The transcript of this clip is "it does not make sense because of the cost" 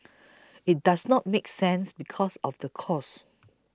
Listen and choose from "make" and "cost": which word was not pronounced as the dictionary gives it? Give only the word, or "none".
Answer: cost